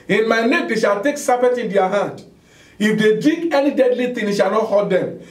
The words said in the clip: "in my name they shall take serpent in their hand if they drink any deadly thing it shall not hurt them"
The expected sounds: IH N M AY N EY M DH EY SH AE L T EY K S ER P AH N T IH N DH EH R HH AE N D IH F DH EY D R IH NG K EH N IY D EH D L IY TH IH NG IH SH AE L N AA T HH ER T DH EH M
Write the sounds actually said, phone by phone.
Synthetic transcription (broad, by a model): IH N M AY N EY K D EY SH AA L T EY K S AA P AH T IH N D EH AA HH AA N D IH F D EY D IY K EH N IY D EH D L IY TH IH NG IH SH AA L N AA T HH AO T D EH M